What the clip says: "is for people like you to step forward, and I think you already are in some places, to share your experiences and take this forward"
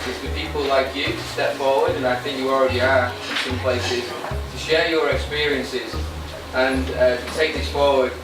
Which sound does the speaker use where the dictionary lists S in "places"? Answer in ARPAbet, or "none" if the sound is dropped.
S